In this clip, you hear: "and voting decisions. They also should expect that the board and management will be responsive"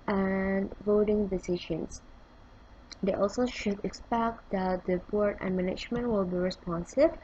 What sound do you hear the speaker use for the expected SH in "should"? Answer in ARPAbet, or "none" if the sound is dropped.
SH